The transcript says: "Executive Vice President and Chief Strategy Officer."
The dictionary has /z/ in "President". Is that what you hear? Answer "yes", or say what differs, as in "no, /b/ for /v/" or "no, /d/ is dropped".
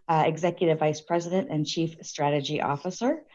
yes